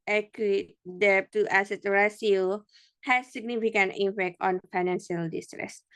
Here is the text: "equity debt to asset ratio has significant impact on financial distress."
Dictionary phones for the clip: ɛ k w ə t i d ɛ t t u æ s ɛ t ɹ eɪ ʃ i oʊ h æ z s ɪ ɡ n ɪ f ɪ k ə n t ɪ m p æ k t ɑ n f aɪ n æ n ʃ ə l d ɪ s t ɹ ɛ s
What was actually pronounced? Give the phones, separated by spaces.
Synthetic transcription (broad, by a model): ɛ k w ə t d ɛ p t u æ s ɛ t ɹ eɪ s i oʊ h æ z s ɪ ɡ n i f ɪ k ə n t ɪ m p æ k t ɑ n f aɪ n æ n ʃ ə l d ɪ s t ɹ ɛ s